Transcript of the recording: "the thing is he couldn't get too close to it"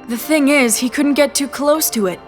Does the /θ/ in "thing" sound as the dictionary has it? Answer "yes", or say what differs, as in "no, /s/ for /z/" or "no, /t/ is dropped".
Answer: yes